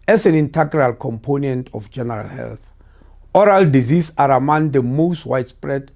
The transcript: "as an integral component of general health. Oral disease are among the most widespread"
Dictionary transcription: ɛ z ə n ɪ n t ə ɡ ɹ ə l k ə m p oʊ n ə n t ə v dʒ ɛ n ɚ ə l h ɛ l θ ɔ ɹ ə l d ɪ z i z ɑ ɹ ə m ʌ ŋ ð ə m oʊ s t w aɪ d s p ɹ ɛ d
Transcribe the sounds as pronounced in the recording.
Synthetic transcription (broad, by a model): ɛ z ə n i n t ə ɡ ɹ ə l k ə m p oʊ n ə n t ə f dʒ ɛ n ɚ ə l h ɛ l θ ɔ ɹ ə l d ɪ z i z ɑ ɹ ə m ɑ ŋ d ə m oʊ s t w aɪ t s p ɹ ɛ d